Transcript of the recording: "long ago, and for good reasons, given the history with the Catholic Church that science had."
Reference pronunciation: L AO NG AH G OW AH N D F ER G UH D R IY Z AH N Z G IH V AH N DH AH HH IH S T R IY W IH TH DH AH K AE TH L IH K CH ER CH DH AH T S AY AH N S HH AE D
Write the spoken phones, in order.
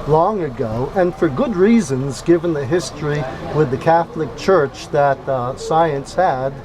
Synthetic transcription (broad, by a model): L AO NG AH G OW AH N F ER G UH D R IY Z AH N Z G IH V AH N DH AH HH IH S T R IY W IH DH AH K AE TH L IH K CH ER CH DH AH T S AY AH N S HH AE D